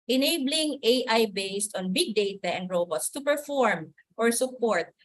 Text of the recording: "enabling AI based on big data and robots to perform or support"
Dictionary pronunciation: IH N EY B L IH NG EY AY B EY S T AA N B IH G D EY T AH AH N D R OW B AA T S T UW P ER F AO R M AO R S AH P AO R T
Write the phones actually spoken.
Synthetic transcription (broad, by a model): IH N EY B L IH NG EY AY B EY S T AA N B IH G D EY T AH AH N D R OW B AA T S T UW P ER F AO R M AO R S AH P AO R T